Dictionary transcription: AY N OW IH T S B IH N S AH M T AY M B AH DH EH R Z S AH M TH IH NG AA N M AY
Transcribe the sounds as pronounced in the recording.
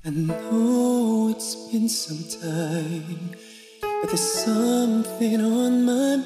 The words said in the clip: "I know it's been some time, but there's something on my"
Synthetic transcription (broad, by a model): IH N OW IH T S B IH N S AH M T AY M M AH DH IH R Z S AH M TH IH NG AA N M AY